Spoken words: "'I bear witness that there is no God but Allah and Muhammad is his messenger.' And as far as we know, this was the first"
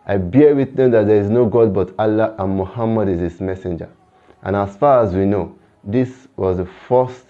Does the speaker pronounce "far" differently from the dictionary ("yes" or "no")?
no